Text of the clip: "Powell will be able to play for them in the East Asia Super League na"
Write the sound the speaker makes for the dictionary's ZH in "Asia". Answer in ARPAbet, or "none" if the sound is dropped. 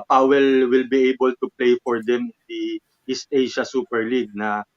SH